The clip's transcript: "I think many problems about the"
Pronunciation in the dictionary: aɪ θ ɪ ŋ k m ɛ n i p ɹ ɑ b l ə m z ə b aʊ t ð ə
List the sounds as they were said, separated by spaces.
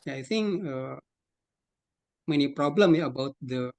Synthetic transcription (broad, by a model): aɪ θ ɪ ŋ k m ɛ n i p ɹ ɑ b l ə m ə b aʊ t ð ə